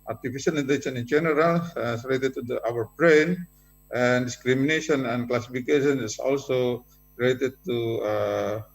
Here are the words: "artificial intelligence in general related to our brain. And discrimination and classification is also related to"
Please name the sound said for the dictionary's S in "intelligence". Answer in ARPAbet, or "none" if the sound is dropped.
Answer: none